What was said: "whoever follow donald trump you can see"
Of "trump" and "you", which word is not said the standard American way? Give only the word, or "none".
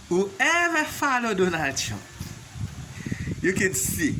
trump